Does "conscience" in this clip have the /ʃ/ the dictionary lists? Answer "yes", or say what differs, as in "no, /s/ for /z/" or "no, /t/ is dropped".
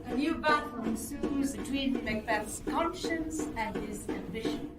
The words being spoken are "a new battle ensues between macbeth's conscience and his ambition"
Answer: yes